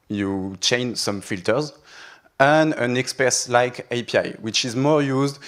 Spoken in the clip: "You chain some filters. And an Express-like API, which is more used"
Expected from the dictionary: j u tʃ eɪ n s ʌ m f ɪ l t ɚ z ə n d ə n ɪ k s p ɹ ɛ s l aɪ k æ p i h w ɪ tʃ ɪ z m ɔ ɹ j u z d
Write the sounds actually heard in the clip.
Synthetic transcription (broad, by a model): j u tʃ eɪ n s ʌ m f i l t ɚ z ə n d ə n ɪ k s p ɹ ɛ s l aɪ k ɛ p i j w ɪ tʃ ɪ z m ɔ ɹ j u z d